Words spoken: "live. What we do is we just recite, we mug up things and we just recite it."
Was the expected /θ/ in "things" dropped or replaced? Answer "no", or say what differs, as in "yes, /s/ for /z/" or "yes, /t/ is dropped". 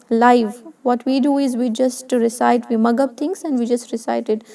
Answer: yes, /t/ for /θ/